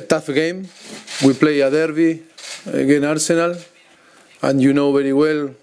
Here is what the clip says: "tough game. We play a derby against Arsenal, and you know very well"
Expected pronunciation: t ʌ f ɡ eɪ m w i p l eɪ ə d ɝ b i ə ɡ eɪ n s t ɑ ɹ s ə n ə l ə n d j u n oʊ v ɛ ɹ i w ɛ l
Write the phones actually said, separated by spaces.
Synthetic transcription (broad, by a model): t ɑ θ ɡ eɪ m w i p l eɪ ə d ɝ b i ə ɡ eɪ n ɑ ɹ s ə n ə l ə n j u n oʊ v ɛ ɹ i w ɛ l